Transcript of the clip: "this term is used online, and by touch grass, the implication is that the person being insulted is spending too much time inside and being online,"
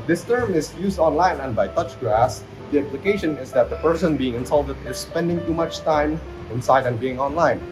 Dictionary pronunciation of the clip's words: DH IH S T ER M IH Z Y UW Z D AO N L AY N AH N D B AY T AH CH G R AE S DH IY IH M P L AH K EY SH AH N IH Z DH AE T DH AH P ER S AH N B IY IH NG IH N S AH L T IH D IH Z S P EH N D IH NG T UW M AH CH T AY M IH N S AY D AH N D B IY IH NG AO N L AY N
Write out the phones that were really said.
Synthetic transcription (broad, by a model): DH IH S T ER M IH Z Y UW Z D AO N L AY N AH N B AY T AH CH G AE S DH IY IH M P L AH K EY SH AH N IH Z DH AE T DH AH P ER S AH N B IY IH NG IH N S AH L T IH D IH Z S P EH N D IH NG T UW M AH CH T AY M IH N S AY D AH N B IY IH NG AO N L AY N